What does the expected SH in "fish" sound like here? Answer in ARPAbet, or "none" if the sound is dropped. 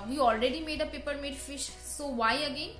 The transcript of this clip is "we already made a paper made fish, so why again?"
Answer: SH